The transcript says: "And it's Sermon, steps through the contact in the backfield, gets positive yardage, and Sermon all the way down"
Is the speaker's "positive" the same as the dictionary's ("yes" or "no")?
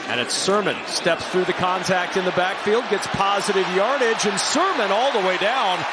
yes